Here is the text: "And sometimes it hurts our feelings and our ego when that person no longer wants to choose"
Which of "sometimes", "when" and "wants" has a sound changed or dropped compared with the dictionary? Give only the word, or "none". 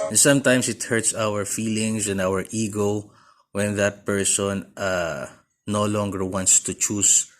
sometimes